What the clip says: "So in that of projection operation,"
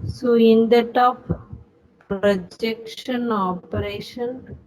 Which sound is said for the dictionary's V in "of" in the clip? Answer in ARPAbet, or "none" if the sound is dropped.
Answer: P